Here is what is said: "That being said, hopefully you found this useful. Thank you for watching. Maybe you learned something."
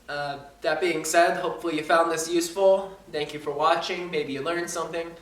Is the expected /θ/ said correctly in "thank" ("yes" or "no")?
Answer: yes